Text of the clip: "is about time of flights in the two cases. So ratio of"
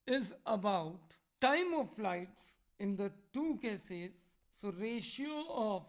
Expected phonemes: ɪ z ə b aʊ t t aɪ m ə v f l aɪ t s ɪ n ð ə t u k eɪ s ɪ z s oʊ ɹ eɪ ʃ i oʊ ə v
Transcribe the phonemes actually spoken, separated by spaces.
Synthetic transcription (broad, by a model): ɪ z ə b aʊ t t aɪ m ə v f l aɪ t s ɪ n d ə t u k eɪ s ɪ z s oʊ ɹ eɪ ʃ i oʊ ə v